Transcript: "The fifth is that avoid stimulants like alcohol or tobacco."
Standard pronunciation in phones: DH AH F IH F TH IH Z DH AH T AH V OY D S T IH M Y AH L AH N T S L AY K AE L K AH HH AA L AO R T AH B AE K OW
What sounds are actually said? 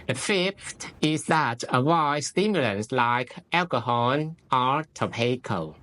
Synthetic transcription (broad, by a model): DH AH F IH F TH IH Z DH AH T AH W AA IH S T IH M Y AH L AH N S L AY K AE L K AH HH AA N AO R T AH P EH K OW